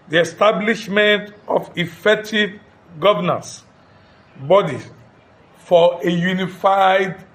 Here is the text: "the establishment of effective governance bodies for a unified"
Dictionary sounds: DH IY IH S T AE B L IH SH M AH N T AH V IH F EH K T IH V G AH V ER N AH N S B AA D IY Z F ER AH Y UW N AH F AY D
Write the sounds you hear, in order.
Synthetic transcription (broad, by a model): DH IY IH S T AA B L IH SH M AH N T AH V IH F EH K T IH V G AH V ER N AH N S B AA D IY F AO AH Y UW N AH F AY D